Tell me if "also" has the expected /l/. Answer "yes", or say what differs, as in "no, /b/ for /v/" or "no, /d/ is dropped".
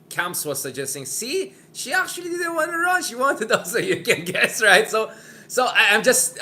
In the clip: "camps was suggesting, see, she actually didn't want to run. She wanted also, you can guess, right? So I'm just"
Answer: no, /l/ is dropped